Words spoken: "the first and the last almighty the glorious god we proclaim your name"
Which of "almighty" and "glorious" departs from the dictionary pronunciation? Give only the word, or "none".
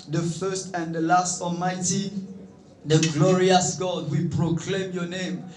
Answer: none